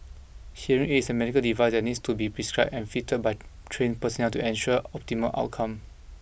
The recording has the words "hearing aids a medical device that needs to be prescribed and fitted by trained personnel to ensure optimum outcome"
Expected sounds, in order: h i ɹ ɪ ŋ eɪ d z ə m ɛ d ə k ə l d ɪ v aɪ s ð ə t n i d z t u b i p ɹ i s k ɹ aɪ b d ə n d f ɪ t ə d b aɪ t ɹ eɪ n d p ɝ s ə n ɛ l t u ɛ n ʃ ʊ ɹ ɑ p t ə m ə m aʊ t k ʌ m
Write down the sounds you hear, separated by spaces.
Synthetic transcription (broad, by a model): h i ɹ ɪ ŋ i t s ə m ɛ d ə k ə l d ɪ v aɪ s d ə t n i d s t u b i p ɹ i s k ɹ aɪ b ə n f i t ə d b aɪ t ɹ eɪ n p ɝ s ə n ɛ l t u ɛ n ʃ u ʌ ɑ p t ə m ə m aʊ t k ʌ m